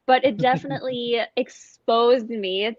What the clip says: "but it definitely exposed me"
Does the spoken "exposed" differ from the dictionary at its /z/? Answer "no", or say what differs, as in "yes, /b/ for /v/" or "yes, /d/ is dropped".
no